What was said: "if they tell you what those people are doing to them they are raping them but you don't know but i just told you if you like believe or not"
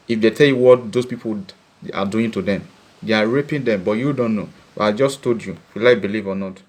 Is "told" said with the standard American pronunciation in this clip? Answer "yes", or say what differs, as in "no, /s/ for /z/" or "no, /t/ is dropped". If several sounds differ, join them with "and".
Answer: no, /l/ is dropped